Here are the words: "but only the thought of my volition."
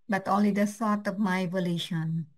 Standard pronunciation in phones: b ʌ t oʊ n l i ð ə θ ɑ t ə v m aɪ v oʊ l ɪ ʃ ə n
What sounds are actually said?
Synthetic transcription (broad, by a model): b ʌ t oʊ n l i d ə s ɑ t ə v m aɪ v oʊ l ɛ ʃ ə n